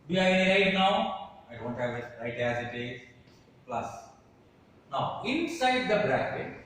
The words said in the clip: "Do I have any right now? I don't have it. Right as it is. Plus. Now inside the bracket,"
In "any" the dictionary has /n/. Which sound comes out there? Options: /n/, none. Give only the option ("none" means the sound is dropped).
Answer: none